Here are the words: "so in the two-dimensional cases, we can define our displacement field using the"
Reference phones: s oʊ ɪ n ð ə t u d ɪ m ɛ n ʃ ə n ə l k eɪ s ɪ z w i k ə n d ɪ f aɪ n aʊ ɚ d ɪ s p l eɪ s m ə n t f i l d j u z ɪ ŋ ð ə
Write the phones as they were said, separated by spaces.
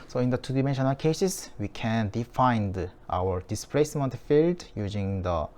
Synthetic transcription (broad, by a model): s oʊ ɪ n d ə t u d ɪ m ɛ n ʃ ə n ə l k eɪ s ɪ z w i k ə n d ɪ f aɪ n aʊ ɚ d ɪ s p l eɪ s m ə n t f i l d j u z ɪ ŋ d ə